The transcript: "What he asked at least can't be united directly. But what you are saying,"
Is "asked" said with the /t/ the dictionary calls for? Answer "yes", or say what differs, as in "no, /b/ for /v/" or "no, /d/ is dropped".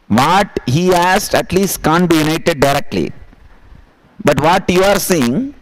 yes